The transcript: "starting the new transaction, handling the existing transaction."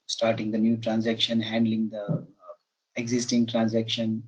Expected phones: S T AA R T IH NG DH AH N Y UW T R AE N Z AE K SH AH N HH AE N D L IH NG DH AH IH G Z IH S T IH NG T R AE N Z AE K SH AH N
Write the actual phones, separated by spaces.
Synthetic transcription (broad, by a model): S T AA R T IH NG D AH N Y UW T R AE N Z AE K SH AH N HH AE N D L IH NG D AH IH G Z IH S T IH NG T R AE N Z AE K SH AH N